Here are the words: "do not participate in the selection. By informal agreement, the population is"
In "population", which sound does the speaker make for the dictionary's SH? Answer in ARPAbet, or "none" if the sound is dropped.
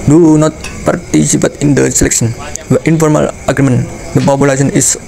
S